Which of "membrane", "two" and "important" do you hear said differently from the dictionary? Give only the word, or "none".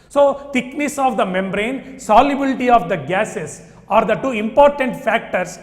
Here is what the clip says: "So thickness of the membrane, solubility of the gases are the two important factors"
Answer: none